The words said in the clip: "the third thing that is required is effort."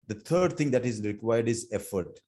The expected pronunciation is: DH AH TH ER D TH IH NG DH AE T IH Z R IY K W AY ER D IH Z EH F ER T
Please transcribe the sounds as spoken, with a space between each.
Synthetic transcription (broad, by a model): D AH T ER D T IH NG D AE T IH Z R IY K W AY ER D IH Z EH F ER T